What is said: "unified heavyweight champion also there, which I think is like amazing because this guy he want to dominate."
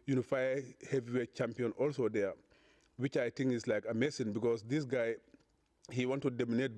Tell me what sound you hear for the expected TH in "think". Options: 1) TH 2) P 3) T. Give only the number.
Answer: 3